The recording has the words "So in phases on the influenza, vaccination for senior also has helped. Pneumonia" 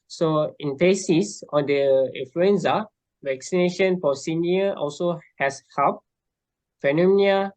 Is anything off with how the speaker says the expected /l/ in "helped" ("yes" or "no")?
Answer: yes